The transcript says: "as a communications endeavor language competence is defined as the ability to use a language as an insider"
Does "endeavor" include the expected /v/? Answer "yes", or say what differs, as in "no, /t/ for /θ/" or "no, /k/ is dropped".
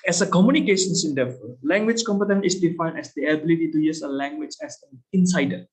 no, /f/ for /v/